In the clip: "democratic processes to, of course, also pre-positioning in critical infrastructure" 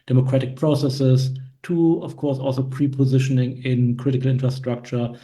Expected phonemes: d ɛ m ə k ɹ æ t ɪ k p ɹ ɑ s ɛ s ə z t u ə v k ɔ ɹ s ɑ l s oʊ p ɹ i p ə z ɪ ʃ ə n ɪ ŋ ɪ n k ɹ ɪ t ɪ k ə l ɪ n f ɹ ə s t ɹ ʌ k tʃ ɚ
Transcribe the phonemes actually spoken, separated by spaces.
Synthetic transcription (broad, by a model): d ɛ m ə k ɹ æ t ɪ k p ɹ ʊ s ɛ s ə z t u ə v k ɔ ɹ s ɑ l s oʊ p ɹ i p ə z ɪ ʃ ə n ɪ ŋ ɪ n k ɹ ɪ t ɪ k ə l ɪ n f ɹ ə s t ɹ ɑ k tʃ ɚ